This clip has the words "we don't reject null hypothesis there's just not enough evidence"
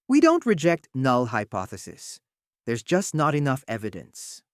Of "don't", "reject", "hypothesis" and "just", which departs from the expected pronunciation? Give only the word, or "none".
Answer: none